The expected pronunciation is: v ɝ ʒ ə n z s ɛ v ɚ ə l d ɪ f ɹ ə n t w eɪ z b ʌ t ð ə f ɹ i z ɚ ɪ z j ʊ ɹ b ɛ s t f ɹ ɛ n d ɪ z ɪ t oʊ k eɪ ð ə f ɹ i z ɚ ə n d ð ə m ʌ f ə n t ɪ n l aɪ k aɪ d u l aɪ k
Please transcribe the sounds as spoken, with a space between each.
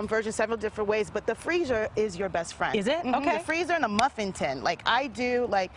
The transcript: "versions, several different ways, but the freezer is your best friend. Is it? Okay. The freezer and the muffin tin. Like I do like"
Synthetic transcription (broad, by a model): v ɝ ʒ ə n s ɛ v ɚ l d ɪ f ɹ ə n t w eɪ z b ʌ t ð ə f ɹ i z ɚ ɪ z j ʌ ɹ b ɛ s t f ɹ ɛ n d ɪ z ɪ t oʊ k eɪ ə f ɹ i z ɚ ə n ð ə m ʌ f ə n t ɪ n l aɪ k aɪ d u l aɪ k